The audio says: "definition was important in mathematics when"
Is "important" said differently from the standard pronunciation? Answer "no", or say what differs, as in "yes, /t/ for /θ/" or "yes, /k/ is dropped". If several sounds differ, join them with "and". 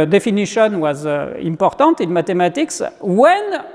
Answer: yes, /n/ is dropped